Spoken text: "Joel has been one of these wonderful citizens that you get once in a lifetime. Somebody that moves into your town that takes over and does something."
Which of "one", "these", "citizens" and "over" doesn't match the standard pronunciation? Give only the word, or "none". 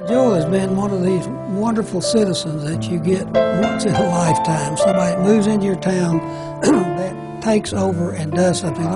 none